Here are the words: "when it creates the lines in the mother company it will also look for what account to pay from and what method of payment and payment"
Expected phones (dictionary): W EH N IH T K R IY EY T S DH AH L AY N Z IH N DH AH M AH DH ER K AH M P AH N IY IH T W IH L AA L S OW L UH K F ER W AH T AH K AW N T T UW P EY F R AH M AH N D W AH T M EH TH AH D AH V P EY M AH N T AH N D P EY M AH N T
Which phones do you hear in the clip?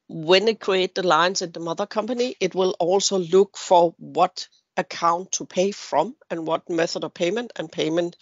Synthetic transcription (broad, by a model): W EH N IH T K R IY EY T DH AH L AY N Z IH N DH AH M AH DH ER K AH M P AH N IY IH T W IH L AA L S OW L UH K F ER W AH T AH K AW N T T UW P EY F R AH M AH N W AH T M EH TH AH D AH V P EY M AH N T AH N P EY M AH N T